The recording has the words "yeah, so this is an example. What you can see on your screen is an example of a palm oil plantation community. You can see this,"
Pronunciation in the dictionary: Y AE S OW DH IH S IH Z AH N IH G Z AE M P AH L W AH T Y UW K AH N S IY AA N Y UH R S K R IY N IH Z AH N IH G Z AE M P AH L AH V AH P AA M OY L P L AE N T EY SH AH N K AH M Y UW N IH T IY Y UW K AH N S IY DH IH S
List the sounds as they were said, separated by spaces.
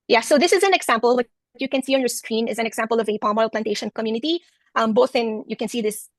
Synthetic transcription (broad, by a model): Y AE S OW DH IH S IH Z AH N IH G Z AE M P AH L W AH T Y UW K AH N S IY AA N Y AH R S K R IY N IH Z AH N IH G Z AE M P AH L AH V AH P AA M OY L P L AE N T EY SH AH N K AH M Y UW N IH T IY Y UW K AH N S IY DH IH S